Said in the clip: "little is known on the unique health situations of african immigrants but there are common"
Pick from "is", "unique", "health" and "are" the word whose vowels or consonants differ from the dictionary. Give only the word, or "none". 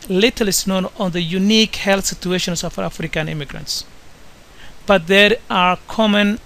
is